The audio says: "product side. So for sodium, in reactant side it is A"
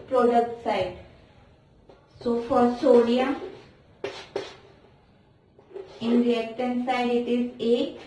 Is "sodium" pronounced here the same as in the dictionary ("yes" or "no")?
no